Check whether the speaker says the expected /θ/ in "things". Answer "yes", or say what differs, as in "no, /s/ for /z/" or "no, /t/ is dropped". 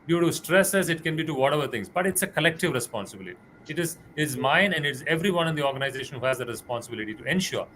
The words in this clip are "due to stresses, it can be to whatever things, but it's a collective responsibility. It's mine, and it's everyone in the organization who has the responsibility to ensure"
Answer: no, /t/ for /θ/